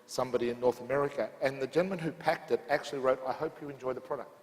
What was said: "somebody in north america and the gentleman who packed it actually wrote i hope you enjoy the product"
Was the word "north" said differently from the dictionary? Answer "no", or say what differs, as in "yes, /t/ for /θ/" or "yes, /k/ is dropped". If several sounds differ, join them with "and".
no